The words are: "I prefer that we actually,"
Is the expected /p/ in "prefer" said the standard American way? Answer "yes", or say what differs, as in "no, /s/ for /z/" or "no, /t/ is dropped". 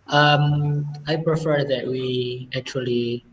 yes